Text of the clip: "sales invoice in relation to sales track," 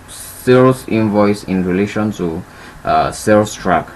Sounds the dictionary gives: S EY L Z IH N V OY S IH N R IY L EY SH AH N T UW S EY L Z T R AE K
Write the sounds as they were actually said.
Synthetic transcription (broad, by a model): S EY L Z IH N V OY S IH N R IY L EY SH AH N T UW S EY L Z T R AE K